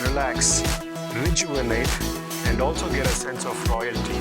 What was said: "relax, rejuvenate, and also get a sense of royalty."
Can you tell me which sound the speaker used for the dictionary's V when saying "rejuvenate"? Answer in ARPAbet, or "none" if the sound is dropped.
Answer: none